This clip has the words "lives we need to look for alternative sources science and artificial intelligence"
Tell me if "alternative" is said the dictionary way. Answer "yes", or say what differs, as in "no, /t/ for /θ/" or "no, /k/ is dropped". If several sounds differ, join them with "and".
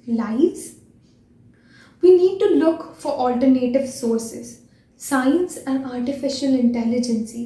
yes